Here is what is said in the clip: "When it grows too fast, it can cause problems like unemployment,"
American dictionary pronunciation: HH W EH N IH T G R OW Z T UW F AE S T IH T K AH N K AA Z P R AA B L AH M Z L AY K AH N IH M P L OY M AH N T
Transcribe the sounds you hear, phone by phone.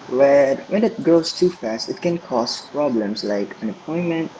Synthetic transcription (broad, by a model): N W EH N IH T G R OW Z T UW F AE S T IH T K AH N K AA S P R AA B L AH M S L AY K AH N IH P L OY M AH N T